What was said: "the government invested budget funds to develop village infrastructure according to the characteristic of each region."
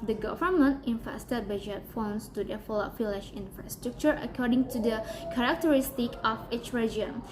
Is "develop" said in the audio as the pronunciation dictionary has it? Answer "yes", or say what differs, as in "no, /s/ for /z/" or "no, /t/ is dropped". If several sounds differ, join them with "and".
no, /f/ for /v/